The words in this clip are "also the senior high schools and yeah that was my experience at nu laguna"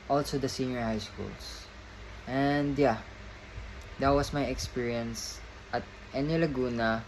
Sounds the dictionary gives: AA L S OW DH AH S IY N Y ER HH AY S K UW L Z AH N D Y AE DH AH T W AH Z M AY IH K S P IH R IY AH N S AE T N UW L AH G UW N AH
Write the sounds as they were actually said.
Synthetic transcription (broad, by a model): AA L S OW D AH S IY N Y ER HH AY S K UW L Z AH N D Y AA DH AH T W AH S M AY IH K S P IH R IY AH N S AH T N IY L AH G UW N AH